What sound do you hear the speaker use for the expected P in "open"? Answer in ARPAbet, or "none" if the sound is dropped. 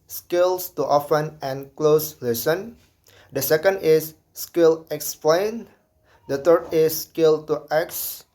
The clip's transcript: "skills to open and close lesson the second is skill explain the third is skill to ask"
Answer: F